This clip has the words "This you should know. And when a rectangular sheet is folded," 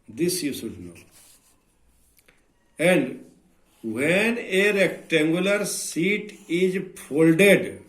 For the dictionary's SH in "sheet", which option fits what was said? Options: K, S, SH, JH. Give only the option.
S